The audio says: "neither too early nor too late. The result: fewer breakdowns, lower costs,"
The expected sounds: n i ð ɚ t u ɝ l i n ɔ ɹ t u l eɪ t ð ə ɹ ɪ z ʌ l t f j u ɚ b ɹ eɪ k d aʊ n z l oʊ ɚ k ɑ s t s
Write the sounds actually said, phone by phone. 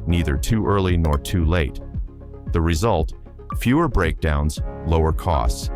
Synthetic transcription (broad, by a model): n i ð ɚ t u ɝ l i n ɔ ɹ t u l eɪ t ð ə ɹ ɪ z ʌ l t f j u ɚ b ɹ eɪ k d aʊ n z l oʊ ɚ k ɑ s t s